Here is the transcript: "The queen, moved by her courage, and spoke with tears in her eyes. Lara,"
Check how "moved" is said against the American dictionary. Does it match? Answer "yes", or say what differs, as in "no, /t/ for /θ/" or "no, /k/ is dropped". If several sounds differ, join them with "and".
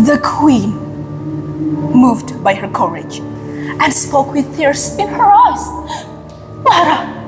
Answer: yes